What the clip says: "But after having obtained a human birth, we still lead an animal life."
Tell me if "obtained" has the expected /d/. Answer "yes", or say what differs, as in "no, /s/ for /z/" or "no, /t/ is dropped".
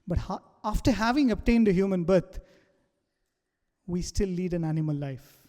yes